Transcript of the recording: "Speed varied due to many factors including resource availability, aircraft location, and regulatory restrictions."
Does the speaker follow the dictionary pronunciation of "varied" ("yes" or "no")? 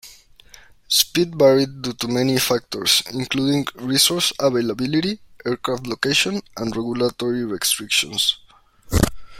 no